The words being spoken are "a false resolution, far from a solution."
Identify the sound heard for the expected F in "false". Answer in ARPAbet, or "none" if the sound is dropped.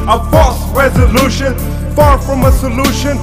P